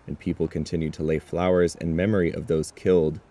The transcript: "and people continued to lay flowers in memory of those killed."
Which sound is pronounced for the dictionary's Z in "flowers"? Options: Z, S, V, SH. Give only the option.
Z